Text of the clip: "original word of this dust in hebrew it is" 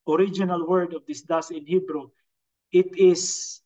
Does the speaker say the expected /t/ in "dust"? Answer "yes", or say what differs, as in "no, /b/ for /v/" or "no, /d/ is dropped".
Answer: no, /t/ is dropped